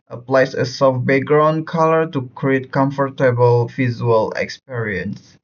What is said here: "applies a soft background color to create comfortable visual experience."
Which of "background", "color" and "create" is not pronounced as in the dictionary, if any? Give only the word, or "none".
background